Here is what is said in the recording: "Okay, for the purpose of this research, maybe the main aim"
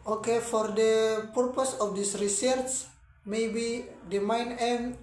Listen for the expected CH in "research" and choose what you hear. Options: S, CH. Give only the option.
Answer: S